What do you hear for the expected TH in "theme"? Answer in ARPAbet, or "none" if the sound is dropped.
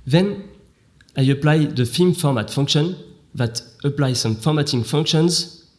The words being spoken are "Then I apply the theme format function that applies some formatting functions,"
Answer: F